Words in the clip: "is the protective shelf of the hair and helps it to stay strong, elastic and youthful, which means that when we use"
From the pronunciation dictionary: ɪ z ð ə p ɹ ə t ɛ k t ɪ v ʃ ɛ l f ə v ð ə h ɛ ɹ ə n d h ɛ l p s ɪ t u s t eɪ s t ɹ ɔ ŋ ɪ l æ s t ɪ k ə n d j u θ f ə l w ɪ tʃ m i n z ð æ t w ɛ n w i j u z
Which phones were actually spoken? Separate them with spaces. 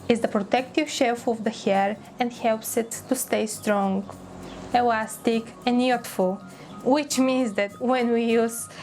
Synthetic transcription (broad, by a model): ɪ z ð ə p ɹ ə t ɛ k t ɪ v ʃ ɛ l f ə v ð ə h ɛ ɹ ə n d h ɛ l p s ɪ t u s t eɪ s t ɹ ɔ ŋ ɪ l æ s t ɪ k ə n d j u t f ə l w ɪ tʃ m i n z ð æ t w ɛ n w i j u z